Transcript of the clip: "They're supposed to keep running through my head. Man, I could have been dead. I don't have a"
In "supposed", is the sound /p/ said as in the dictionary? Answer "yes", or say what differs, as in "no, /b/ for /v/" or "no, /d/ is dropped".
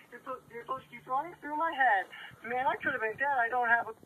no, /p/ is dropped